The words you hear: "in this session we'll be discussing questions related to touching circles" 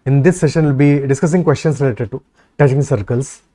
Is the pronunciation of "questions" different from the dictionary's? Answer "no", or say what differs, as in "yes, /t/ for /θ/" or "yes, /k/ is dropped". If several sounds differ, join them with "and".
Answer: yes, /s/ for /z/